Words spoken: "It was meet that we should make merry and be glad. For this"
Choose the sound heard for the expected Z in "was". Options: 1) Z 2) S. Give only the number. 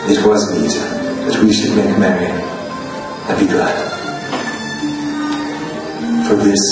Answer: 1